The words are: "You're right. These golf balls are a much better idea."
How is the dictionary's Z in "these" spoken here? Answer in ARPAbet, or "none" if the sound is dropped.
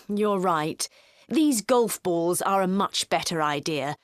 Z